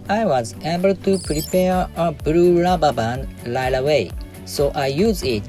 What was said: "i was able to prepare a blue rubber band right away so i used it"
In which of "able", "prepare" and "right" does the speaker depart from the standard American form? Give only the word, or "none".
right